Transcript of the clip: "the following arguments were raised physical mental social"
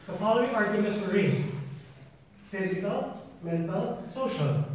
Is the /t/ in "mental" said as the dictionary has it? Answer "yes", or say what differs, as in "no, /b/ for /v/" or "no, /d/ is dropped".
yes